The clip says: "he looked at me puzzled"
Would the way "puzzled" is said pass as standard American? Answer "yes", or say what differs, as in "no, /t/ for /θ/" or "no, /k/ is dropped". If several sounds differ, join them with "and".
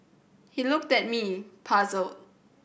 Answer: no, /d/ is dropped